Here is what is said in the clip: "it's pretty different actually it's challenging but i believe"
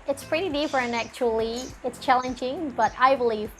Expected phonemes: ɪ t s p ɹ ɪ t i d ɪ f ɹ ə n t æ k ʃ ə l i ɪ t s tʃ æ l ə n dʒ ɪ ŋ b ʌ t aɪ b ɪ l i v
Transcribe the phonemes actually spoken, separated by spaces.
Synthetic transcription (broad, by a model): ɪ t s p ɹ ɪ t i d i p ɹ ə n æ k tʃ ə l i ɪ t s tʃ æ l ə n dʒ ɪ ŋ b ʌ t aɪ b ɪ l i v